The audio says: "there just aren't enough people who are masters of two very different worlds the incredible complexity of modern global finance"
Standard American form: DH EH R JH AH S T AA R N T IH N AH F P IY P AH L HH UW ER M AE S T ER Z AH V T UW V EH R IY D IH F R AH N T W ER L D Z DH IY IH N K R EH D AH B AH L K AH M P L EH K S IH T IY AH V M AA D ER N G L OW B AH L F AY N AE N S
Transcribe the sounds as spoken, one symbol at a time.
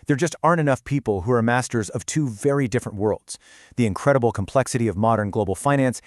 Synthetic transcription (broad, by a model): DH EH R JH AH S T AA R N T IH N AH F P IY P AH L HH UW ER M AE S T ER Z AH V T UW V EH R IY D IH F R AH N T W ER L D Z DH IY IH N K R EH D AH B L K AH M P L EH K S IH T IY AH V M AA D ER N G L OW B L F AY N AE N S